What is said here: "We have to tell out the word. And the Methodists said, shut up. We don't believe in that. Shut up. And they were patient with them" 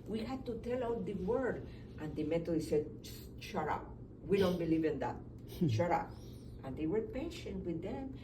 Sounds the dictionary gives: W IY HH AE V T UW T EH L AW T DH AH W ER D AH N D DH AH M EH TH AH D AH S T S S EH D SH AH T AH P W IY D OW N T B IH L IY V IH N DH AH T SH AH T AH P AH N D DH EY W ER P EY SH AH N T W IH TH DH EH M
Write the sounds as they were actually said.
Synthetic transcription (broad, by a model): W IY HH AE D T UW T EH L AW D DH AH W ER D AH N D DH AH M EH T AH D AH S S S EH D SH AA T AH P W IY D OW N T B IH L IY V IH N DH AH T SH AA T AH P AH N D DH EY W ER P EY SH AH N T W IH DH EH M